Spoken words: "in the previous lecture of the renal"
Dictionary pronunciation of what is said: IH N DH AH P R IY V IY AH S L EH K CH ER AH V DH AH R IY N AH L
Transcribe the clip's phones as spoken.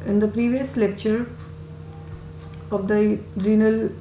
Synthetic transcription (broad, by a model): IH N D AH P R IY V IY AH S L EH K CH ER AH V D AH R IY N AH L